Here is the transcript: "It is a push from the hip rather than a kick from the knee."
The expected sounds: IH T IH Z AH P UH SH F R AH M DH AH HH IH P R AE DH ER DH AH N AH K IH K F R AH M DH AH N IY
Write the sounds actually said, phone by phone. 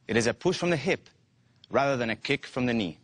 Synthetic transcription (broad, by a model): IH T IH Z AH P UH SH F R AH M DH AH HH IH P R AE DH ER DH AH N AH K IH K F R AH M DH AH N IY